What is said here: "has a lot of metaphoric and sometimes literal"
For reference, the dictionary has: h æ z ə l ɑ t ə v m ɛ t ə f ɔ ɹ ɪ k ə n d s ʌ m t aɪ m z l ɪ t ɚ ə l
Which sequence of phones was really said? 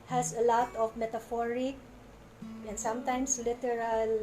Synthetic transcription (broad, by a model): h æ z ə l ɑ t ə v m ɛ t ə f ɔ ɹ ɪ k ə n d s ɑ m t aɪ m s l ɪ t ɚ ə l